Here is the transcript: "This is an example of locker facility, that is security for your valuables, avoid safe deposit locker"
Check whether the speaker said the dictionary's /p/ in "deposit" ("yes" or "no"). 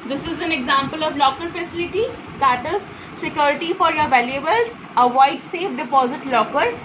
yes